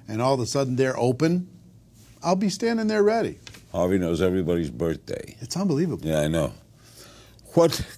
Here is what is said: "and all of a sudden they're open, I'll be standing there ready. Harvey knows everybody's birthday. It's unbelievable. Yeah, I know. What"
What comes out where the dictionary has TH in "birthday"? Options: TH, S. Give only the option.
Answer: TH